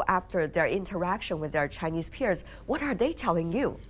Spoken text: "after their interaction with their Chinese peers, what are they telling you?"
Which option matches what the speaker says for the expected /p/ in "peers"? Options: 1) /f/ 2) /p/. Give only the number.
2